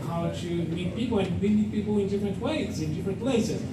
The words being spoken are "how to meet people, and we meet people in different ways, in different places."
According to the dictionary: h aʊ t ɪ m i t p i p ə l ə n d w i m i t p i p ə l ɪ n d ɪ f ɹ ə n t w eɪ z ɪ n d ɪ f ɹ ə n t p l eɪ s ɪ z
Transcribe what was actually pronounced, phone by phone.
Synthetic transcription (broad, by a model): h aʊ t ɪ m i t p i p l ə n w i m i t p i p l ɪ n d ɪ f ɹ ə n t w eɪ z ɪ n d ɪ f ɹ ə n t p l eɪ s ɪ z